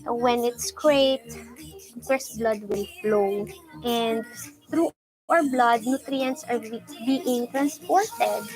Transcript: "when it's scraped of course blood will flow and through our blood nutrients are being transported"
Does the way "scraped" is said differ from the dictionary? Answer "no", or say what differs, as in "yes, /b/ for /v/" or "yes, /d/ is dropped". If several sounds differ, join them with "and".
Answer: yes, /p/ is dropped